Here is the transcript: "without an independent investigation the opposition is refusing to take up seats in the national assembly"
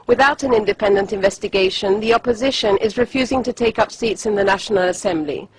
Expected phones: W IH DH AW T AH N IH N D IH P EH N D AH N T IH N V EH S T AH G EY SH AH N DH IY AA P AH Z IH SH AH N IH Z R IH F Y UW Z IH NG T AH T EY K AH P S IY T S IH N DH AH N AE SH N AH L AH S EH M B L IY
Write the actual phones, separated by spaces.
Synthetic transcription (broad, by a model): W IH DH AW T AH N IH N D IH P EH N D AH N T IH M V EH S T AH G EY SH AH N DH IY AA P AH Z IH SH AH N IH Z R IH F Y UW Z IH NG T AH T EY K AH P S IY T S IH N DH AH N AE SH N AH L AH S EH M B L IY